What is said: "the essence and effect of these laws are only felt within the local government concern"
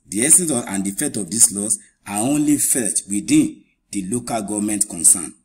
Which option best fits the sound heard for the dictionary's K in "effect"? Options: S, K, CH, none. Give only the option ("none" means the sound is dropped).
none